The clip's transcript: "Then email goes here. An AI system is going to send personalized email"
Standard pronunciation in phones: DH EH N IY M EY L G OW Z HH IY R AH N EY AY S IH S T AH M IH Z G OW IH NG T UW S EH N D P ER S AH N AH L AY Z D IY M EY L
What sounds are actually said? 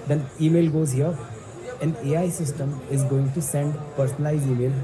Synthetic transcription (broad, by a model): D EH N IY M EY L G OW Z HH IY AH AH N EY AY S IH S T AH M IH Z G OW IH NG T UW S EH N D P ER S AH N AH L AY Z IY M EY L